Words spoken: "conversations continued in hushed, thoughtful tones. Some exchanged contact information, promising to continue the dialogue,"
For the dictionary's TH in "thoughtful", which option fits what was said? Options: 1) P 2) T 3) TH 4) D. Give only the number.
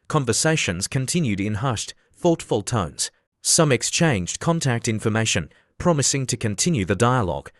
3